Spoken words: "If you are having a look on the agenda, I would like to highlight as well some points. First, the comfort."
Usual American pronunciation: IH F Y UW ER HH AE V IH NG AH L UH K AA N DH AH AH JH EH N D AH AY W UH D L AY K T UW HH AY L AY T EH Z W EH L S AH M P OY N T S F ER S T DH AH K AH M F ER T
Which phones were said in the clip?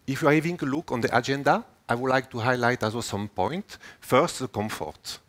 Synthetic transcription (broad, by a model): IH F Y UW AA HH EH V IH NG AH L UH K AA N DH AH AH JH EH N D AH AY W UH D L AY K T UW HH AY L AY T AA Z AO S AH M P OY N T F ER S T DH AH K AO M F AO T